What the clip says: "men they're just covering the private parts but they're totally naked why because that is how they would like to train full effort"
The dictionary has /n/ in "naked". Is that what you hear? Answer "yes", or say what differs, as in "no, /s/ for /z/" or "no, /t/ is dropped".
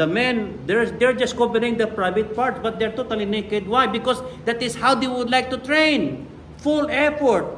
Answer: yes